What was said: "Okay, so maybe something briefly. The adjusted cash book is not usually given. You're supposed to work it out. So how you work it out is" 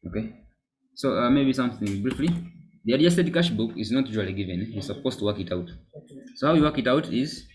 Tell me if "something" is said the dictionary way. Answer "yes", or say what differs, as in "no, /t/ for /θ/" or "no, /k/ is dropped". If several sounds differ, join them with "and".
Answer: yes